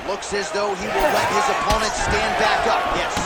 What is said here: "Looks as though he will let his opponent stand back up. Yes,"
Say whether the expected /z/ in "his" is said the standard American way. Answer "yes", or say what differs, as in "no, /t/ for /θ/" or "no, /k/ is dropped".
yes